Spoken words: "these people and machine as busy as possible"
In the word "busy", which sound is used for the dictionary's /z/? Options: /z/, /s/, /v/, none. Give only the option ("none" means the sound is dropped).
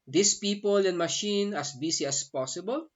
/s/